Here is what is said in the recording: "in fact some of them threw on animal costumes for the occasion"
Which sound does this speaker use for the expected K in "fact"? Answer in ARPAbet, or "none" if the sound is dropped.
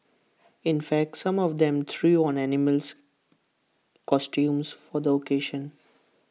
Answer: K